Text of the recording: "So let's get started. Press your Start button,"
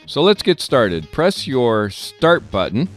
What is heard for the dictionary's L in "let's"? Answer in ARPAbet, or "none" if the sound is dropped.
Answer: L